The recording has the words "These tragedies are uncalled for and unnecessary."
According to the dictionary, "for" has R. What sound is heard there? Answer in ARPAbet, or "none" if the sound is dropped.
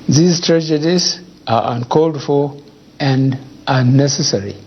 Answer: L